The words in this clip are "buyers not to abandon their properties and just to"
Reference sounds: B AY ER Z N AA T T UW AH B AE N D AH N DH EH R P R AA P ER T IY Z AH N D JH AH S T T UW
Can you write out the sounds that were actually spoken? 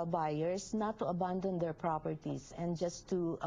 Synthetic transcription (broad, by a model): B AY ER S N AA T T UW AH B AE N D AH N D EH R P R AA P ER T IY S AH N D JH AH S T T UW